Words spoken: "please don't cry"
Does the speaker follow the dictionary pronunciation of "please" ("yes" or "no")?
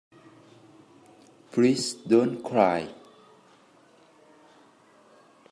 no